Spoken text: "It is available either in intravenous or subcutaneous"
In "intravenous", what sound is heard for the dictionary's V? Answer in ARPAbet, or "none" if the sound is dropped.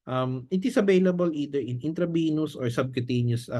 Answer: B